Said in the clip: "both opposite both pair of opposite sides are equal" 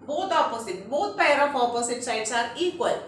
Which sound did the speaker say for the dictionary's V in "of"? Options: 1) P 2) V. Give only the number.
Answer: 1